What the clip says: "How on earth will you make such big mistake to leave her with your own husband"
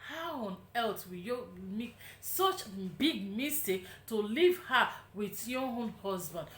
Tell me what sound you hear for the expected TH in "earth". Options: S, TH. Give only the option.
S